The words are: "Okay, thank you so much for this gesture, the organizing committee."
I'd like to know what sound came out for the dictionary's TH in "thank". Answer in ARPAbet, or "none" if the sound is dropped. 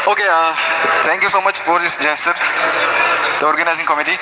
T